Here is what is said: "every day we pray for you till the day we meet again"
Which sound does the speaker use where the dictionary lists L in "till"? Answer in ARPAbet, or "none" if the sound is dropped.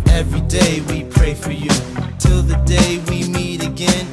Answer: L